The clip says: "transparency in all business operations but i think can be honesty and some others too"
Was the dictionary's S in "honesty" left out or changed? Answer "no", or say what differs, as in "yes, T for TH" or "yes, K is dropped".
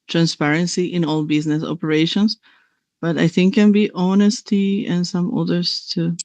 no